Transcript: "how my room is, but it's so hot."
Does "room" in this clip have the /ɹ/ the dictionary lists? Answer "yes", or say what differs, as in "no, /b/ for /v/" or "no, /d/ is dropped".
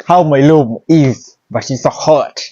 no, /l/ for /ɹ/